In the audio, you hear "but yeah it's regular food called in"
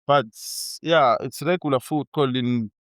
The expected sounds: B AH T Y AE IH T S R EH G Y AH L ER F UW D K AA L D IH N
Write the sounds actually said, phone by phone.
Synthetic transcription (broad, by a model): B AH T Y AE IH T S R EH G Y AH L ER F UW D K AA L IH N